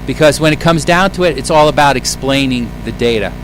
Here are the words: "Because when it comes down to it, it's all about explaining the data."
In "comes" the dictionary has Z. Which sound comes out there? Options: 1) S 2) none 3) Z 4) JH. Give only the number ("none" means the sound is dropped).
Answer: 3